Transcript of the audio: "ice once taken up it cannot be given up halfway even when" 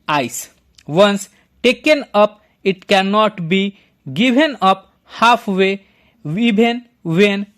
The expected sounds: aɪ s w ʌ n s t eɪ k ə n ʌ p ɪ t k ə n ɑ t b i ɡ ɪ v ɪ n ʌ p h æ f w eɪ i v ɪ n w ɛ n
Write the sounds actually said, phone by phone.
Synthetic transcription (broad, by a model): aɪ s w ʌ n s t eɪ k ə n ʌ p ɪ t k ə n ɑ t b i ɡ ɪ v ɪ n ʌ p h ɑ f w eɪ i b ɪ n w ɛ n